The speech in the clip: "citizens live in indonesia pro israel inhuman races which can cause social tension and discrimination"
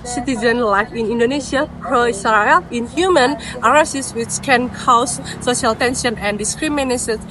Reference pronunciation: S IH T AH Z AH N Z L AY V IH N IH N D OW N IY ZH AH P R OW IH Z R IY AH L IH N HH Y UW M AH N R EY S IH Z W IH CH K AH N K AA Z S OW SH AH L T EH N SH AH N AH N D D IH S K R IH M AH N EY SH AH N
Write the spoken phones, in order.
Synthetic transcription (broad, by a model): S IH T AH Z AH N L AY F IH N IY N D OW N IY S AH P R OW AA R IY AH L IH N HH Y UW M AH N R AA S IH S W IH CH K AH N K AA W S OW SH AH L T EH N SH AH N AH N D D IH S K R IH M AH N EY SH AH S